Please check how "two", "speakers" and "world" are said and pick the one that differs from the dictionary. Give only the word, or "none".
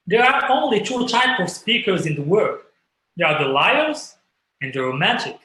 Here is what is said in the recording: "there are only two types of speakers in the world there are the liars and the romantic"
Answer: world